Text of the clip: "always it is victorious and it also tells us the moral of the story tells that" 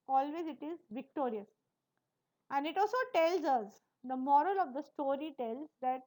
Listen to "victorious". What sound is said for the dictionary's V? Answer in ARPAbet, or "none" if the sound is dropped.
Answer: V